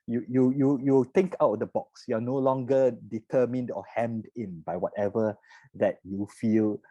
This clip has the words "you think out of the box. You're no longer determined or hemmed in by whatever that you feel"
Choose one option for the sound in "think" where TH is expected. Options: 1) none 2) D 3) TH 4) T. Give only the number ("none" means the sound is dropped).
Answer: 4